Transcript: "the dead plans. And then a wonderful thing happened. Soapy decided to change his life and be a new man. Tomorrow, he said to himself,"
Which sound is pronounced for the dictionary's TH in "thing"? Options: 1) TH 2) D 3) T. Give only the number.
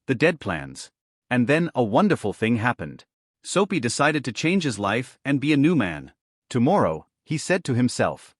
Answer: 1